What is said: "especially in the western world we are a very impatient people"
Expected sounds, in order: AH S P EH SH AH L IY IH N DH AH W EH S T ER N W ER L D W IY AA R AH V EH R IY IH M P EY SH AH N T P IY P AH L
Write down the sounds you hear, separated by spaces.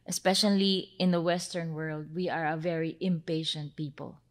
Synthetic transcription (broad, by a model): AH S P EH SH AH L IY IH N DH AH W EH S T ER N W ER L D W IY AA R AH V EH R IY IH M P EY SH AH N T P IY P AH L